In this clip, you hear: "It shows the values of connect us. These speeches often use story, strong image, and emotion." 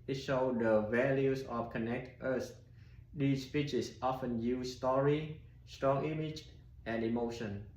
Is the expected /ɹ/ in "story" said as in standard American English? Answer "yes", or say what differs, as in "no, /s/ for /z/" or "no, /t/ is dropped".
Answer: yes